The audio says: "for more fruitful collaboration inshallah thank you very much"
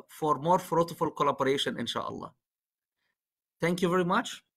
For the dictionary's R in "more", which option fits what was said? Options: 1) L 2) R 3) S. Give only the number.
2